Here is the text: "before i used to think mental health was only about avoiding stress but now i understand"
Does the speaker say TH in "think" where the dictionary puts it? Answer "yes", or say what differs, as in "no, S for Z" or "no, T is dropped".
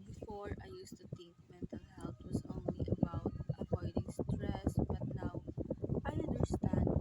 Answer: no, T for TH